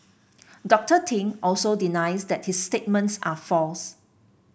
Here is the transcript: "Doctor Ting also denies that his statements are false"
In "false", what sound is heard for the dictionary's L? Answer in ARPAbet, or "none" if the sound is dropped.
L